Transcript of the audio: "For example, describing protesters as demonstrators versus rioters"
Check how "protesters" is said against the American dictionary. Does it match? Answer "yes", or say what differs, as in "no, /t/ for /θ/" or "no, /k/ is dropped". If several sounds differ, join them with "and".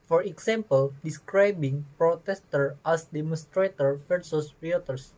no, /z/ is dropped